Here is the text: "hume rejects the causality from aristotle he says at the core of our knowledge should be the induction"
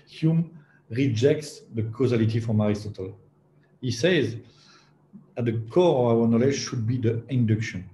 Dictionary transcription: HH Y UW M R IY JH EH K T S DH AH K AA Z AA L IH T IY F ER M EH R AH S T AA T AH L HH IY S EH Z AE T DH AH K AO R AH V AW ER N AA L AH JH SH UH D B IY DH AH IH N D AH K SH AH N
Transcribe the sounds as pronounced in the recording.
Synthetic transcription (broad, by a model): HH Y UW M R IY JH EH K T S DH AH K AA Z AA L IH T IY F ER M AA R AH S T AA T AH L HH IY S EH Z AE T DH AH K AO R AH V AW ER N AA L AH JH SH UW D B IY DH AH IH N D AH K SH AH N